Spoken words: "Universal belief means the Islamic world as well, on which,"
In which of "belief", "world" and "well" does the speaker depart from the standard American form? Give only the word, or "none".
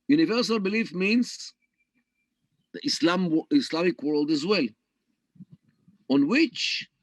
none